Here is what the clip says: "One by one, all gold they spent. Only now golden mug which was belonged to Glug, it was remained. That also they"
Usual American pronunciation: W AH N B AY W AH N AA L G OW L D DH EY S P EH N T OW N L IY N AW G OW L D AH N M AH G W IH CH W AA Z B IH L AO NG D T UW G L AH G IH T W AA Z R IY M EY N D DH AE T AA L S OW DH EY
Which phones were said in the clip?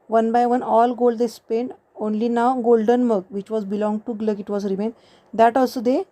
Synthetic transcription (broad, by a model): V AH N B AY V AH N AA L G OW L D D EY S P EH N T OW N L IY N AW G OW L D AH N M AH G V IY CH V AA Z B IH L AO NG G T UW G L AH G IH T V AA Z R IY M EY N D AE T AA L S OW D EY